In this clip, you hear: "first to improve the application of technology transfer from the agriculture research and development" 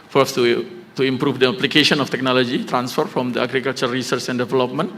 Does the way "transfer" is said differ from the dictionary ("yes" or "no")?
no